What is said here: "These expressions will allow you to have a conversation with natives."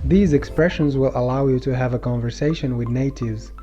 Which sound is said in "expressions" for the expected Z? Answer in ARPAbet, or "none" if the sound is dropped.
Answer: Z